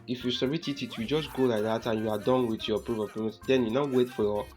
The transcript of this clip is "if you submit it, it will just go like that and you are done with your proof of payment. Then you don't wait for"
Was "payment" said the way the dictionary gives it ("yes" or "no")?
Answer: no